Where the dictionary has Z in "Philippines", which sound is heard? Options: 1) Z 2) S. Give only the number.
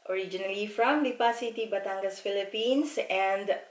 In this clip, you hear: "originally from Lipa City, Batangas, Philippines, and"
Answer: 2